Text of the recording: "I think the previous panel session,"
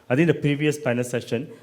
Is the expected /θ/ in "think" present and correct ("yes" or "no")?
no